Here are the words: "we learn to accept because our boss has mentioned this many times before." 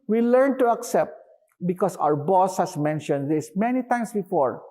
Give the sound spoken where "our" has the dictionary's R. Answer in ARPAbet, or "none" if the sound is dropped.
R